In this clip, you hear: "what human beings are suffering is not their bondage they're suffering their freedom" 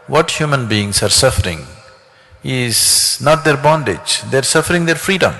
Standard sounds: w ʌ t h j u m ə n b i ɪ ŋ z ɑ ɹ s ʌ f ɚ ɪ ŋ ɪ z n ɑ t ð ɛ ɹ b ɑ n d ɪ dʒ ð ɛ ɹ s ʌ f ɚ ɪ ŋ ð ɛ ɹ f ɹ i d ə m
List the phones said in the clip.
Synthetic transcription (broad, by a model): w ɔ t h j u m ə n b i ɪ ŋ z ɑ ɹ s ʌ f ɚ ɪ ŋ ɪ z n ɑ t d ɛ ɹ b ɑ n d ɪ dʒ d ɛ ɹ s ʌ f ɚ ɪ ŋ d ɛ ɹ f ɹ i d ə m